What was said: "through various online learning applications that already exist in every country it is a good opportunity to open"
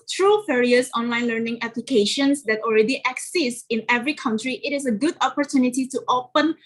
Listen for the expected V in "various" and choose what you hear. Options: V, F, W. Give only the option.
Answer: F